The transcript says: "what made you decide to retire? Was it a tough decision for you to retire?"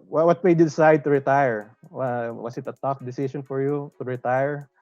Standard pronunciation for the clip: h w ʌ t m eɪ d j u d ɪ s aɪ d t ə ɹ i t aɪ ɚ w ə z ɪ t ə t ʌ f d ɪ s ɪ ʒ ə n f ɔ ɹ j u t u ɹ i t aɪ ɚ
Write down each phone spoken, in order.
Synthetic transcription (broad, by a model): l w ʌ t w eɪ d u d ɪ s aɪ d t ə ɹ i t aɪ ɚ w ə s ɪ t ə t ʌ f d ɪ s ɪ ʃ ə n f ɔ ɹ j u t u ɹ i t aɪ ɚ